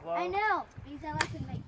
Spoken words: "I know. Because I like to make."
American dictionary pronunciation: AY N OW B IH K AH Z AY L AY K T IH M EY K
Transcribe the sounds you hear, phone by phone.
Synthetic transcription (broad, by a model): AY N OW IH AH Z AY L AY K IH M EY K